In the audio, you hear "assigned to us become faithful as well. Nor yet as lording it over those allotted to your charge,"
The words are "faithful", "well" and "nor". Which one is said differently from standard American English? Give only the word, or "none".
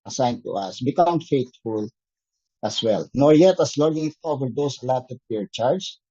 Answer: faithful